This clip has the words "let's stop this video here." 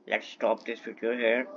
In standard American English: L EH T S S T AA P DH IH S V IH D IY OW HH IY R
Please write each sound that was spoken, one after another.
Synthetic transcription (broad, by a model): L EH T S S T AA P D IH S F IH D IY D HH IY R